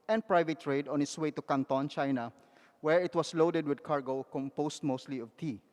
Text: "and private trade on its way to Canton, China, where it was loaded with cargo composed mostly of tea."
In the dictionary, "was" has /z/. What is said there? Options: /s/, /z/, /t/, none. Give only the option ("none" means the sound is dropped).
/s/